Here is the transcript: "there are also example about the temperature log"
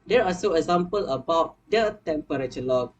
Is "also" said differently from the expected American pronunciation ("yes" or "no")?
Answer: yes